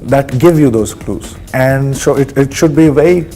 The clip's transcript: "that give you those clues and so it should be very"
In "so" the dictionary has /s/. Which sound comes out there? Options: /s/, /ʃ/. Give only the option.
/ʃ/